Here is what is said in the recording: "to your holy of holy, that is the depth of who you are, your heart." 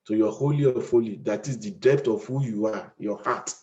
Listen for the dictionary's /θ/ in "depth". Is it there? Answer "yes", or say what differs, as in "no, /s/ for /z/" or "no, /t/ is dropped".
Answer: no, /t/ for /θ/